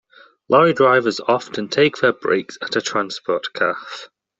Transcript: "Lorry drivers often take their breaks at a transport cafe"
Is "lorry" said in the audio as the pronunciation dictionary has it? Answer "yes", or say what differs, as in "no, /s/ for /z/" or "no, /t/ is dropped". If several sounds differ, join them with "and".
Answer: yes